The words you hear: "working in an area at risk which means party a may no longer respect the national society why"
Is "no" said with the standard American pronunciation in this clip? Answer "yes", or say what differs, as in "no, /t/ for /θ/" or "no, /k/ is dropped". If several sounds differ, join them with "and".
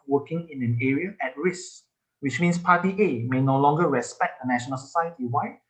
yes